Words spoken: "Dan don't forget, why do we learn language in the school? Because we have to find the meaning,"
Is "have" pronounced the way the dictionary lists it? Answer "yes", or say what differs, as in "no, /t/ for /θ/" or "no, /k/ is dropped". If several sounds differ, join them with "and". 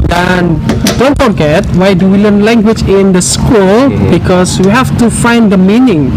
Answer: no, /f/ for /v/